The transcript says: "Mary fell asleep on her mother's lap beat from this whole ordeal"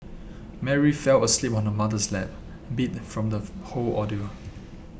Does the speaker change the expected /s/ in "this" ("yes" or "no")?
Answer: yes